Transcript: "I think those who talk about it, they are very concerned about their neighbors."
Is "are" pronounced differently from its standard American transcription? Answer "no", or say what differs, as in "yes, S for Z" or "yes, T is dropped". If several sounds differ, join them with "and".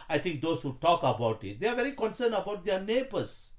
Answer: no